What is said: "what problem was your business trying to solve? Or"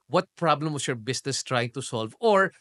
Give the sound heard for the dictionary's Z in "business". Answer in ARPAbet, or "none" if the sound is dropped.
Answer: S